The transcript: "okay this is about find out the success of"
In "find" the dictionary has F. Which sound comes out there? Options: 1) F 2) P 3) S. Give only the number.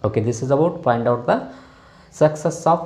2